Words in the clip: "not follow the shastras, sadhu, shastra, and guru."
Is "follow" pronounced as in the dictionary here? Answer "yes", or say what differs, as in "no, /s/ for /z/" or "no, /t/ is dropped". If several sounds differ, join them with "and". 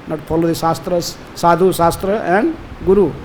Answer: no, /p/ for /f/